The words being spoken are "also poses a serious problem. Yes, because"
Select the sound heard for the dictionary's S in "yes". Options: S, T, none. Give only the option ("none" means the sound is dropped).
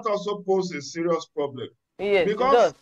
none